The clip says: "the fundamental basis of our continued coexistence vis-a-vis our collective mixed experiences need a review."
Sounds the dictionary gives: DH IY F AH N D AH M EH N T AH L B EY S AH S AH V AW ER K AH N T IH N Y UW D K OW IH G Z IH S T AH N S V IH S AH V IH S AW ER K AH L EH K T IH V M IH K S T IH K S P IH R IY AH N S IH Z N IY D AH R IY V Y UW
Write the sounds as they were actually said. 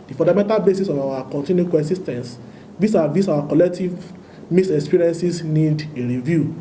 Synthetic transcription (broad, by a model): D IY F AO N D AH M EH N T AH L B EY S AH S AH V AW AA K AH N T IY N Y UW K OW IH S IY S T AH N S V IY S AH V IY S AW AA K AH L EH K T IH V M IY S IH K S P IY R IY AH N S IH S N IY D AH R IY V Y UW